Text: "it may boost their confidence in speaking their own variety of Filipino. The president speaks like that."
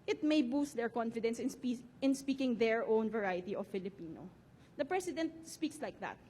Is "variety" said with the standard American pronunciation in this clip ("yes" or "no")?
yes